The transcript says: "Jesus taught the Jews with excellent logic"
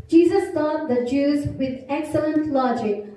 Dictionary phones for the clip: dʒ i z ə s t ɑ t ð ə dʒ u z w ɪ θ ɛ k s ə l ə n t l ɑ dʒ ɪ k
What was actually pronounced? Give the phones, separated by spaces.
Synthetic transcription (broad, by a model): dʒ i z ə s t ɑ t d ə dʒ u z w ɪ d ɛ k s ə l ə n t l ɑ dʒ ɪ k